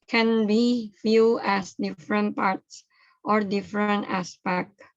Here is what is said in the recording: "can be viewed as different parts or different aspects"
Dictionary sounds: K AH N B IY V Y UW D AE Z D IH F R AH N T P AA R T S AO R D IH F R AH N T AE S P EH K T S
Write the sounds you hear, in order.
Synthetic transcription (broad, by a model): K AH N B IY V Y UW AE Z D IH F R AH N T P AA R T S AO R D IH F R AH N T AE S P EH K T